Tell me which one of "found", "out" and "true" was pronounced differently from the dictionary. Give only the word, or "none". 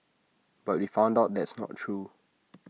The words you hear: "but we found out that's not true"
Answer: none